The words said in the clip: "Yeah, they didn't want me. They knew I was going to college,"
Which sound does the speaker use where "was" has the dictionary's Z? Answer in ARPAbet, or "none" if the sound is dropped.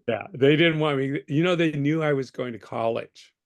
Z